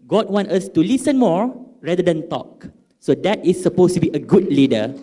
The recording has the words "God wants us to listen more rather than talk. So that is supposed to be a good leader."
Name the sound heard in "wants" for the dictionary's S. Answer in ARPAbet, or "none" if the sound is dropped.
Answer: none